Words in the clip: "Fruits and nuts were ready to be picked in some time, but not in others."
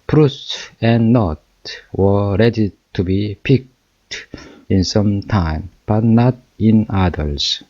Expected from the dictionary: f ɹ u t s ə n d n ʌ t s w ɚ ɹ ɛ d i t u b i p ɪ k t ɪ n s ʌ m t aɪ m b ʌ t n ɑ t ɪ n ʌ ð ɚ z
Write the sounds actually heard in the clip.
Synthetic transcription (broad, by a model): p ɹ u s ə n n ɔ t w ɚ ɹ ɛ d i t u b i p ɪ k t ɪ n s ʌ m t aɪ m b ʌ t n ɑ t ɪ n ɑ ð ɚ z